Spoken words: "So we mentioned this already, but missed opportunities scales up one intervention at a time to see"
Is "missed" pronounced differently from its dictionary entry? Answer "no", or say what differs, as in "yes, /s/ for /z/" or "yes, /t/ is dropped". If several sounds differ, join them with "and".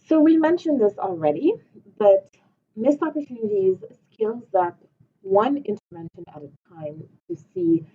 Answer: yes, /t/ is dropped